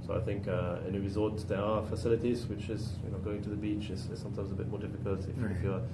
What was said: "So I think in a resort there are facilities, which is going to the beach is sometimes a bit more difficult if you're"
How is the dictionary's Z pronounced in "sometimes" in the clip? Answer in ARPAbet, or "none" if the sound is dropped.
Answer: Z